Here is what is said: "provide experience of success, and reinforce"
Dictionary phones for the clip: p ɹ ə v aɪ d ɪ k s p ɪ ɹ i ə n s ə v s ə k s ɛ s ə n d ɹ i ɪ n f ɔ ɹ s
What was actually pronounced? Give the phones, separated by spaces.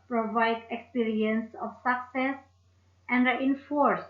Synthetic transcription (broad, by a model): p ɹ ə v aɪ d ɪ k s p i ɹ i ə n s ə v s ə k s ɛ s ə n d ɹ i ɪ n f ɔ ɹ s